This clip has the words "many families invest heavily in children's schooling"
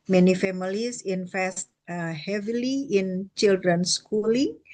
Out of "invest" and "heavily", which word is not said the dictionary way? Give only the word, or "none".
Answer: invest